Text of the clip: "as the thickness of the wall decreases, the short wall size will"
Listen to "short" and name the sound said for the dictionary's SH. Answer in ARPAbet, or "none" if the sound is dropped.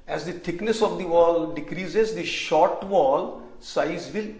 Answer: SH